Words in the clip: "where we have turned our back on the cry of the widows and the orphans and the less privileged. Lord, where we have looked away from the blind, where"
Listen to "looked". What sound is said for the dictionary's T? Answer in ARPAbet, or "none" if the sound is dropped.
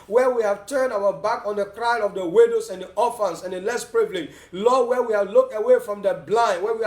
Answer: T